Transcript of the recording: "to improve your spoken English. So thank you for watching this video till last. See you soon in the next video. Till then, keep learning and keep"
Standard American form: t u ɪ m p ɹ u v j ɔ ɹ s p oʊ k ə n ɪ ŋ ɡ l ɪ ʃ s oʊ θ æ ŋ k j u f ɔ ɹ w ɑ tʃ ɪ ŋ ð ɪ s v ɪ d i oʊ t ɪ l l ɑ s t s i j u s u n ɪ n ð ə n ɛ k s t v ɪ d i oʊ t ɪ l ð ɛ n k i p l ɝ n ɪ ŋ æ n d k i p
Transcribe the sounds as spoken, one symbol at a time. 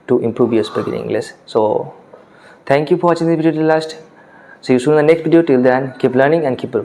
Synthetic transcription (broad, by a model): t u ɪ m p ɹ u v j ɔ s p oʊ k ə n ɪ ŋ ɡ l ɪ s s oʊ t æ ŋ k j u f ɔ ɹ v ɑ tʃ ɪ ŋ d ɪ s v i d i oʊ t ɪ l l ɑ s t s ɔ j u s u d ɪ n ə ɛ k s t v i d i oʊ t ɪ l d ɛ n k i p l ɝ n ɪ ŋ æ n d k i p